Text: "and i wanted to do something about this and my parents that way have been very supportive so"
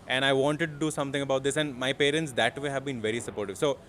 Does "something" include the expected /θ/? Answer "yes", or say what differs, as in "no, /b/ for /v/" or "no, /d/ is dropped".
no, /t/ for /θ/